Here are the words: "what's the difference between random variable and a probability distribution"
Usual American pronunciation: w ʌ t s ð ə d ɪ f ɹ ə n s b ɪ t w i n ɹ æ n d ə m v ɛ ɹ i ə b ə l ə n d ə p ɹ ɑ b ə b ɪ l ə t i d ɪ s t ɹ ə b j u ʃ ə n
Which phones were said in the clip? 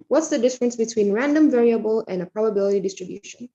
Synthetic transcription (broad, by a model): w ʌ t s ð ə d ɪ f ɹ ə n s b ɪ t w i n ɹ æ n d ə m v ɛ ɹ i ə b ə l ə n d ə p ɹ ɑ b ə b ɪ l ə t i d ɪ s t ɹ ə b j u ʃ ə n